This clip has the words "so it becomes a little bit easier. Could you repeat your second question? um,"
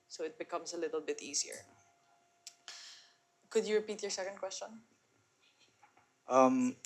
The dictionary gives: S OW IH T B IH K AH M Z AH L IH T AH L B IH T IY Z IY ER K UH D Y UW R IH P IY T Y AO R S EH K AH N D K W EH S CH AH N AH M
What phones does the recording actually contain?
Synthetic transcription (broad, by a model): S OW IH T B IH K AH M S AH L IH T AH L B IH T IY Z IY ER K UH D Y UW R IH P IY T Y AO R S EH K AH N D K W EH S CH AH N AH M